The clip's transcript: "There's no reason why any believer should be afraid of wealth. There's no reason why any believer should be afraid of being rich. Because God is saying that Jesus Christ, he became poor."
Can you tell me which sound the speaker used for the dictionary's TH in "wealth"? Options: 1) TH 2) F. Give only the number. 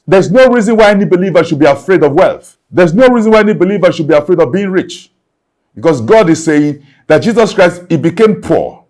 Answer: 1